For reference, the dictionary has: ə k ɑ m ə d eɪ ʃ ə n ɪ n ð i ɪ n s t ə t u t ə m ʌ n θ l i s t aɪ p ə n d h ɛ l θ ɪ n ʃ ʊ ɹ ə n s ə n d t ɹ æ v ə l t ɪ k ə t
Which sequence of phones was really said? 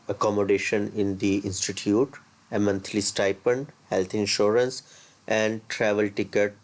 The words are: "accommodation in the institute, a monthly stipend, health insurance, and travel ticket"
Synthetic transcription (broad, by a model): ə k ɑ m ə d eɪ ʃ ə n ɪ n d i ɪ n s t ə t u t ə m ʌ n t l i s t aɪ p ə n d h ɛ l t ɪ n ʃ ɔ ɹ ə n s ə n d t ɹ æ v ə l t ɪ k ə t